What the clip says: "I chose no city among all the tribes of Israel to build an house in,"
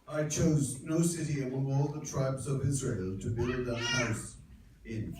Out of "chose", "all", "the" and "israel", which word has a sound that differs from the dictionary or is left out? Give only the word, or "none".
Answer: none